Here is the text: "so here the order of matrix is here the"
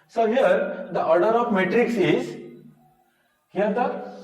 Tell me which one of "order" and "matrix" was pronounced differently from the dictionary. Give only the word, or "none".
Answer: none